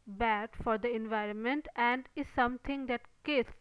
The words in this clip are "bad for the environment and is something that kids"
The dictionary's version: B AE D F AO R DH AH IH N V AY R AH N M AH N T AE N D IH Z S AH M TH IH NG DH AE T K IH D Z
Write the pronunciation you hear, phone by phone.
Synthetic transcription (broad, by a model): B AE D F AO R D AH IH N V AY R AH N M AH N T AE N D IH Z S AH M T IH NG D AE T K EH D